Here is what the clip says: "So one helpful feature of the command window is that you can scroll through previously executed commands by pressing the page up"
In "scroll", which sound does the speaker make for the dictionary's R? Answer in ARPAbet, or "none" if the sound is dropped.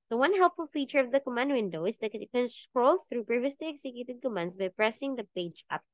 R